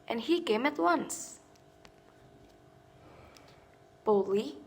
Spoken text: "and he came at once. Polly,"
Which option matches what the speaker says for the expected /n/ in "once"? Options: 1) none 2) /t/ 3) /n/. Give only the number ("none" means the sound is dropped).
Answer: 3